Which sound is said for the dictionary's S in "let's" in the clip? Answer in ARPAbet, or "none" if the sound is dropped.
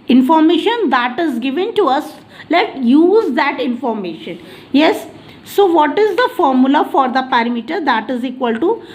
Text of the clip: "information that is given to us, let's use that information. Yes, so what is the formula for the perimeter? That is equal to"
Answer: none